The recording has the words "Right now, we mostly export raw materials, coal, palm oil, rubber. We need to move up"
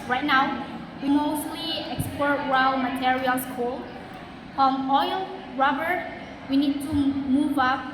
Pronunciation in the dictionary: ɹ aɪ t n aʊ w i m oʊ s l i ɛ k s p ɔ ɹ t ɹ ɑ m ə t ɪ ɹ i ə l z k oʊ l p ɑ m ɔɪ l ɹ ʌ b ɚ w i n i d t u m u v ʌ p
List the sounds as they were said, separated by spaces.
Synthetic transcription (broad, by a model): ɹ aɪ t n aʊ w i m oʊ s l i ɛ k s p ɔ ɹ t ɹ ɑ m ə t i ɹ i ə l s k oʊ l f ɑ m ɔɪ l ɹ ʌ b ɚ w i n i d t u m u v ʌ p